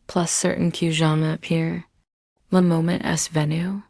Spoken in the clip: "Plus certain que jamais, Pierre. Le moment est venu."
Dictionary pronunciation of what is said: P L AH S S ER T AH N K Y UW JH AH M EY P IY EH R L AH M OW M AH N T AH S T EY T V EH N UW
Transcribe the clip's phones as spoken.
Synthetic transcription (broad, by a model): P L AH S S ER T N K Y UW ZH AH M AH P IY R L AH M OW M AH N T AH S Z V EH N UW